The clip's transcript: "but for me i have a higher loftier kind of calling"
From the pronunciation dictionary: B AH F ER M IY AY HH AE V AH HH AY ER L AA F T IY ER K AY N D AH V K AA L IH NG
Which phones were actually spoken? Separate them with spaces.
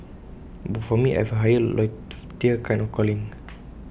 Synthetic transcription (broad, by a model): B AH F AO M IY AY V AH HH AY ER L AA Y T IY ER K AY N AH F K AA L IH NG